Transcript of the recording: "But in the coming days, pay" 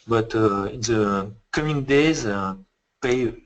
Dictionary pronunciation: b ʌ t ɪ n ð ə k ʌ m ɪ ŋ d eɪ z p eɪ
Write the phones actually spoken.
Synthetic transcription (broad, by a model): b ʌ t ɪ n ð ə k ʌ m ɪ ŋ d eɪ z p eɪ